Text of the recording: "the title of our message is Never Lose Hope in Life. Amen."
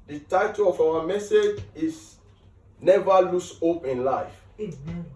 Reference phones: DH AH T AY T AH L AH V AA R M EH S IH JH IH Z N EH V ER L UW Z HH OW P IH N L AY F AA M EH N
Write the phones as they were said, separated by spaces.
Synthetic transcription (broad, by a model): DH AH T AY T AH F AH W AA M EH S IH JH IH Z N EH V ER L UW S HH OW P IH N L AY F